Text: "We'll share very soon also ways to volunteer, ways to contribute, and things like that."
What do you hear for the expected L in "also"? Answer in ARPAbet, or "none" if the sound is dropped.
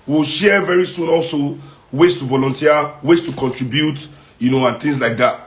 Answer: L